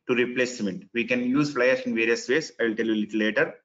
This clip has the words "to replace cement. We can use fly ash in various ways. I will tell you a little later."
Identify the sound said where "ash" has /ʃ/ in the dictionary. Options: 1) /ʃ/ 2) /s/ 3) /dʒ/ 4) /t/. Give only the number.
2